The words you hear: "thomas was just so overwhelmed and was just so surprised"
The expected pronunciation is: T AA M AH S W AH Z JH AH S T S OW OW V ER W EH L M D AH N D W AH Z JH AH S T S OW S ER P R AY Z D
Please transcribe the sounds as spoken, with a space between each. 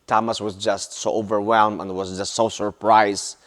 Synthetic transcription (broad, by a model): T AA M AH S W AH Z JH AH S T S OW OW V ER W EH L M AH N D W AH Z JH AH S T S OW S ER P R AY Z